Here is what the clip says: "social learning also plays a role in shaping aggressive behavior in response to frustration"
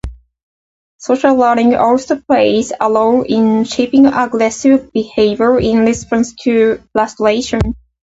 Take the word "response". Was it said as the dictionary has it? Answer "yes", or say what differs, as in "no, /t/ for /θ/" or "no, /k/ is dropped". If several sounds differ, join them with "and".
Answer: no, /l/ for /ɹ/